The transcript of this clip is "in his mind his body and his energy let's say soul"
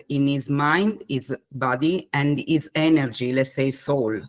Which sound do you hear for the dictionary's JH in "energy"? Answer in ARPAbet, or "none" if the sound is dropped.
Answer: JH